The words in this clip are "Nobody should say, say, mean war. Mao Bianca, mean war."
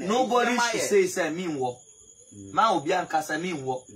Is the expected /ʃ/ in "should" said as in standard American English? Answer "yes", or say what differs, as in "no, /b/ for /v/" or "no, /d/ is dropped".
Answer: no, /s/ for /ʃ/